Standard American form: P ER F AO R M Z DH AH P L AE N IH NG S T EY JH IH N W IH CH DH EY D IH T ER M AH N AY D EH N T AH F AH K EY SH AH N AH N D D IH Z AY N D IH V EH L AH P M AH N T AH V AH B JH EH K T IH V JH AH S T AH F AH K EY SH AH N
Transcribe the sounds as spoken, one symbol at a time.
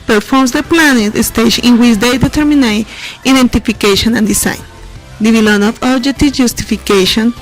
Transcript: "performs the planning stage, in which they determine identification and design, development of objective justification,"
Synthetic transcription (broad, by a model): P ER F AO R M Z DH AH P L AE N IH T S T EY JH IH N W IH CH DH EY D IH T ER M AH N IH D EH N T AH F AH K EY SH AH N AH N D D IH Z AY N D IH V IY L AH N AH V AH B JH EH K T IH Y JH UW S T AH F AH K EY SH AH N